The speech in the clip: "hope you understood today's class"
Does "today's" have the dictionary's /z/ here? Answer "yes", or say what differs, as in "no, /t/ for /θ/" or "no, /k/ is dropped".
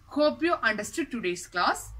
no, /s/ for /z/